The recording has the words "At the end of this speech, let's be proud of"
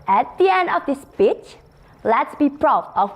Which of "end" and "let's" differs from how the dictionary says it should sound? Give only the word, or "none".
none